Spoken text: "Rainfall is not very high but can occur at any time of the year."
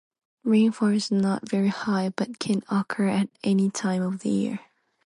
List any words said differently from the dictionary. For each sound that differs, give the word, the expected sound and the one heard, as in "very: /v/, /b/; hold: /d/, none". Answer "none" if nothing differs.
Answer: none